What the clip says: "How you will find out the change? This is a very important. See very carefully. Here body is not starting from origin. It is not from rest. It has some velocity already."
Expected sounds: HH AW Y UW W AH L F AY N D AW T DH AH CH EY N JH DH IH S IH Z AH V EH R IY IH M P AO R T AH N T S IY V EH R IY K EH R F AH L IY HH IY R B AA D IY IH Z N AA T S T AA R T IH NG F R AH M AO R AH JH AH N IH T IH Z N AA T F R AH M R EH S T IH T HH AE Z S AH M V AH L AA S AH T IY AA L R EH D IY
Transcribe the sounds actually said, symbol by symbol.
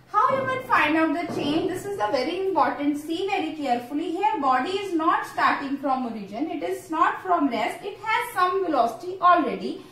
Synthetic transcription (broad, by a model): HH AW Y UW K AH N F AY N D AW T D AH CH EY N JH IH S IH Z AH V EH R IY IH M P AO R T AH N T S IY V EH R IY K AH R F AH L IY HH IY R B AA D IY IH Z N AA T S T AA R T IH NG F R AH M AO R AH JH AH N IH T IH Z N AA T F R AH M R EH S T IH T HH AE Z S AH M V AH L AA S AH T IY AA L R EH D IY